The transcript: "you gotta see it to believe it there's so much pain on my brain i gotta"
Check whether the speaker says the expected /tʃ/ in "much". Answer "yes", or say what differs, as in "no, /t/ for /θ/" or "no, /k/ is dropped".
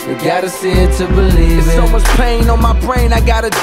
no, /s/ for /tʃ/